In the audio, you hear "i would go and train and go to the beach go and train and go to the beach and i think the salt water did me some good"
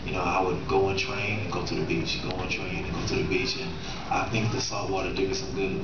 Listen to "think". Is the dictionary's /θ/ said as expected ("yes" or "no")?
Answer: yes